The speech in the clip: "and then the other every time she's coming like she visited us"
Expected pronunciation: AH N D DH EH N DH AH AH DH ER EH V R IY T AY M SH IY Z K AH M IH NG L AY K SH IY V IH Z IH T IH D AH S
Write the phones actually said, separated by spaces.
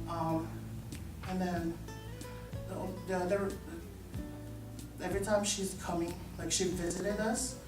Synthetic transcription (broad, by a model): AH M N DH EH N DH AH AH DH ER EH V R IY T AY M SH IY Z K AH M IH NG L AY K SH IY V IH Z IH T IH D AH S